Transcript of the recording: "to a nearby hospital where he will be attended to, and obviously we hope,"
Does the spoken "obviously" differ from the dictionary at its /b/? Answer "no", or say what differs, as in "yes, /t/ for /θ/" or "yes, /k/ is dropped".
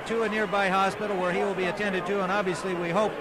no